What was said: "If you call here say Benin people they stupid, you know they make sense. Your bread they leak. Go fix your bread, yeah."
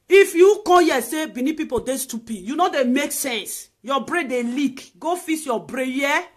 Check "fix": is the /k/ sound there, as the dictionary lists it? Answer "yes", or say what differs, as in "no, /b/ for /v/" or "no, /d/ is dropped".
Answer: no, /k/ is dropped